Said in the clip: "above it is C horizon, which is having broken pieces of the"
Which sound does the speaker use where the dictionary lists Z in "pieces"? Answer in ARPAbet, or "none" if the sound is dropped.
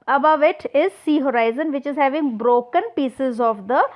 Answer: Z